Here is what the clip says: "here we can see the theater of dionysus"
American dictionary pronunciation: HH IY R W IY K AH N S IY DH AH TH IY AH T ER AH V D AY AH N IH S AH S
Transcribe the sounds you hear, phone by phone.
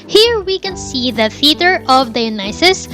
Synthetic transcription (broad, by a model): HH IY R W IY K AH N S IY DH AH F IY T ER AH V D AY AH N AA S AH S